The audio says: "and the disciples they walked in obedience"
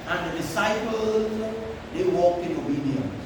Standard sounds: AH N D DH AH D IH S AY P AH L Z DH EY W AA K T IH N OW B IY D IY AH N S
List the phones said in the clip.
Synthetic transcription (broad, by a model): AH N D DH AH D IH S AY P AH L Z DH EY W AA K IH N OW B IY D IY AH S